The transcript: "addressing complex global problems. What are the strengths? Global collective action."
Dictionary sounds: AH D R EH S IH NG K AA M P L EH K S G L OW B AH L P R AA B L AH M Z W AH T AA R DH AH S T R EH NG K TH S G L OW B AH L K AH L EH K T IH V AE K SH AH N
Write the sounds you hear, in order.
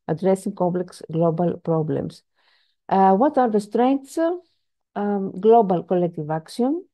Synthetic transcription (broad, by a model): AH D R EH S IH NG K AA M P L EH K S G L OW B AH L P R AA B L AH M S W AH T AA R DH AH S T R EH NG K T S G L OW B AH L K AH L EH K T IH V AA K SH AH N